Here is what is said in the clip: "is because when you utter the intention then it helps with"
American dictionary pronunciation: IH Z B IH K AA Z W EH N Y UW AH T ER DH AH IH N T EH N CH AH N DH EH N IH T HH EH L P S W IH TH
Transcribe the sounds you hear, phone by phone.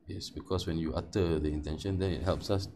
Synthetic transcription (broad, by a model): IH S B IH K AA S W EH N Y UW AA T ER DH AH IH N T EH N SH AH N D EH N IH T HH EH L P S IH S